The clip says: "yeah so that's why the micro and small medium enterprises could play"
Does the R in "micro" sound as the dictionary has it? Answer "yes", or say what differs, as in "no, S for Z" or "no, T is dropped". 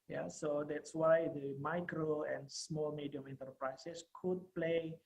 yes